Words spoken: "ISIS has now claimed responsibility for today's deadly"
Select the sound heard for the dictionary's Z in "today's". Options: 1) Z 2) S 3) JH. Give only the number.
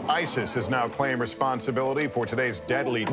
1